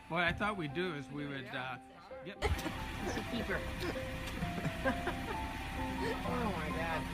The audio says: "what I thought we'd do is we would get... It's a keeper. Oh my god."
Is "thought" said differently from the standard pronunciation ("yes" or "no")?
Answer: no